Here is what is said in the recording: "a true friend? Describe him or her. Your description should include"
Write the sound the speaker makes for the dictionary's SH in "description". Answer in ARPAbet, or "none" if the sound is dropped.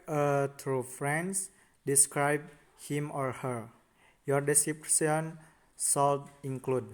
S